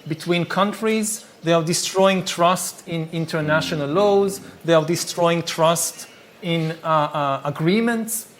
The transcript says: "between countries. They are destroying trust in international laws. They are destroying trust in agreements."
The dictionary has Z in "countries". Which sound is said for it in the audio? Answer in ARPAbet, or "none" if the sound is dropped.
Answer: Z